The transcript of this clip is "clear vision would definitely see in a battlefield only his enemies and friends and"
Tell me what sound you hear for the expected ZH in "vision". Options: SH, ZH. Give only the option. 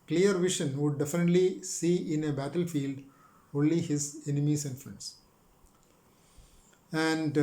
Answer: SH